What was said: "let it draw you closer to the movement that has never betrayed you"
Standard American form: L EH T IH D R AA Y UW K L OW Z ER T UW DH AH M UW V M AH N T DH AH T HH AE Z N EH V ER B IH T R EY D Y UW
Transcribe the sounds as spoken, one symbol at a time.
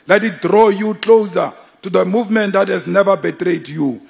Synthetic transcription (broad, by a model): L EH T IH D R AA Y UW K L OW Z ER T UW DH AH M UW V M AH N T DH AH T HH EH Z N EH V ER B IH T R EY D Y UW